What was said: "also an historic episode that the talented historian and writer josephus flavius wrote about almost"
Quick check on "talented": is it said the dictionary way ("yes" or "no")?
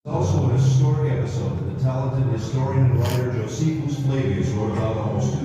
yes